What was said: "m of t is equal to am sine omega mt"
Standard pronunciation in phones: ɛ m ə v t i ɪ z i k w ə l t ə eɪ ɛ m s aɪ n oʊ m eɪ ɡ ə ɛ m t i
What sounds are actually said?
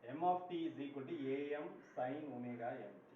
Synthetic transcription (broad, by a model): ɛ m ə p t i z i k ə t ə eɪ ɛ m s aɪ n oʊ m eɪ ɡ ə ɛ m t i